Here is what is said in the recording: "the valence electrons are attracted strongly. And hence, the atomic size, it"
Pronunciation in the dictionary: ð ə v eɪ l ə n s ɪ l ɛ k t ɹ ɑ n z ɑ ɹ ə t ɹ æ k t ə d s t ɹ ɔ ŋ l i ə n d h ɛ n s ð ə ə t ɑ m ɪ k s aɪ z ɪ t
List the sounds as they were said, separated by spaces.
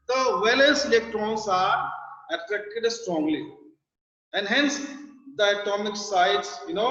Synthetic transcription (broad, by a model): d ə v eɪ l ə l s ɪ l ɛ k t ɹ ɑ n s ɑ ɹ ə t ɹ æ k t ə d s t ɹ ɔ ŋ l i ə n d h ɛ n s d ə ə t ɑ m ɪ k s aɪ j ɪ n